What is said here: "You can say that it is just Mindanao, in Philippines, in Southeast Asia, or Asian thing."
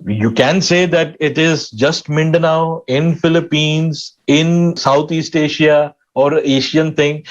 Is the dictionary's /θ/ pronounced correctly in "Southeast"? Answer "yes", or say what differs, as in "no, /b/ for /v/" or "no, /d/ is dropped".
no, /t/ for /θ/